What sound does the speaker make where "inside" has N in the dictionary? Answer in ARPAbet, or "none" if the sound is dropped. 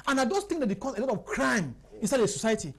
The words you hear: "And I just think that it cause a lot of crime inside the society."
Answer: N